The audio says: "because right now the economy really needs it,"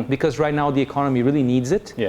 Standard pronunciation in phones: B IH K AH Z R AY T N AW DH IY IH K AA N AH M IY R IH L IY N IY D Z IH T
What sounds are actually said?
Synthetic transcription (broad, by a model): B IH K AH Z R AY T N AW DH IY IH K AA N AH M IY R IH L IY N IY D Z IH T